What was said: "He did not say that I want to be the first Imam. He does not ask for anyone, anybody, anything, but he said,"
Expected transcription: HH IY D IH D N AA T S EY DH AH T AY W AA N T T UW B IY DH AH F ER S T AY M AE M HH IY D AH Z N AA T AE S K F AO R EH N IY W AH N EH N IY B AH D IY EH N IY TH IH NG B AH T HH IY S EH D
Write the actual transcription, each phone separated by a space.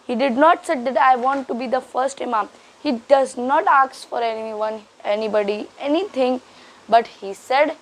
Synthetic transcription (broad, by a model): HH IY D IH D N AA T S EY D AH T AY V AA N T T UW B IY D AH F ER S T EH M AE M HH IY D AH Z N AA T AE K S F AO R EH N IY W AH N EH N IY B AH D IY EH N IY T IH NG B AH T HH IY S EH D